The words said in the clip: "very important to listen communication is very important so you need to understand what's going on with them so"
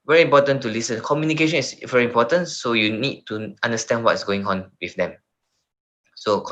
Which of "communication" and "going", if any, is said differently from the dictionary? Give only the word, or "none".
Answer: none